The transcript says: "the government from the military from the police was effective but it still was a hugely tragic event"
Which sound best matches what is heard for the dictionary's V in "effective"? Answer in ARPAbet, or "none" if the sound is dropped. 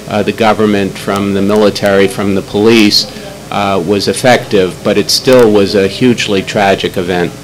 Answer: V